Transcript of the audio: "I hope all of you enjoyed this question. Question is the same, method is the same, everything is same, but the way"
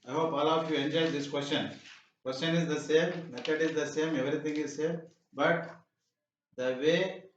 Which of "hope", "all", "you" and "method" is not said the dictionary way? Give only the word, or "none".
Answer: method